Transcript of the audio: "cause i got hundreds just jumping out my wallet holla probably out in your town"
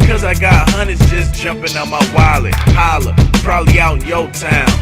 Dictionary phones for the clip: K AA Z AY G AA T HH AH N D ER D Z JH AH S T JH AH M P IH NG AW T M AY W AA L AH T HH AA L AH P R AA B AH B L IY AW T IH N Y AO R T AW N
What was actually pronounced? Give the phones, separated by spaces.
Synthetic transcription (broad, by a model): K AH Z AY G AA T HH AH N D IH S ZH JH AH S JH AH M P IH NG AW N M AY W AA L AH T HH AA L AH P R AA B AH B L IY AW IH N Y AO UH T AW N